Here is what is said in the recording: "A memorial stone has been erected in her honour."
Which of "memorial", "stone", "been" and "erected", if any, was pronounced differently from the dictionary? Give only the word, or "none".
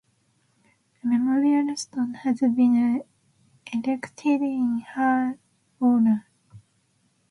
erected